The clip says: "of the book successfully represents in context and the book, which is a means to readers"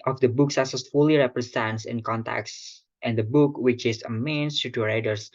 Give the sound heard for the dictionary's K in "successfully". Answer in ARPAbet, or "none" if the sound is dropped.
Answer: none